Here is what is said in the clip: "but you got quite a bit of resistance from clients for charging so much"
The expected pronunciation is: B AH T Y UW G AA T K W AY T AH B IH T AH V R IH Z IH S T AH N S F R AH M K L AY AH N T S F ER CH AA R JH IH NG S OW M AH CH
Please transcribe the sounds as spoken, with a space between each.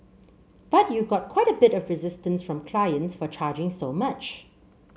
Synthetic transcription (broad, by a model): B AH T Y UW G AA T K W AY T AH B IH T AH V R IH Z IH S T AH N S F R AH M K L AY AH N T S F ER CH AA JH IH NG S OW M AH CH